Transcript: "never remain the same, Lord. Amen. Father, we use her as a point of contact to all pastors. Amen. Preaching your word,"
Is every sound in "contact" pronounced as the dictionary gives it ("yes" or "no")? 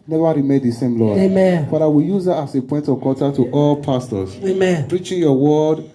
no